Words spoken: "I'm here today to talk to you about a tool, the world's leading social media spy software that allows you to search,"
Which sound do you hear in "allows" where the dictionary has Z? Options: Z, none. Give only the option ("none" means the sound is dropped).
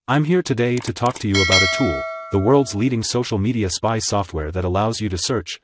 Z